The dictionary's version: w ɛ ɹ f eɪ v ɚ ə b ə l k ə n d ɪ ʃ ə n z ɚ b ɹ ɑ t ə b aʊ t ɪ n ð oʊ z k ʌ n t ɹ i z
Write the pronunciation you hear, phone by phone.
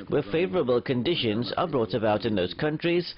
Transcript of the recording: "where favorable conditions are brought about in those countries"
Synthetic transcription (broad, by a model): w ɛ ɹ f eɪ v ɚ ə b ə l k ə n d ɪ ʃ ə n z ɚ b ɹ ɑ t ə b aʊ t ɪ n ð oʊ z k ʌ n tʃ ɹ i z